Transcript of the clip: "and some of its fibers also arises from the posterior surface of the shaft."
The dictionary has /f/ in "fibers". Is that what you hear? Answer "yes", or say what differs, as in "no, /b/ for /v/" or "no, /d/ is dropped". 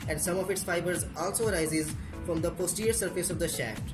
yes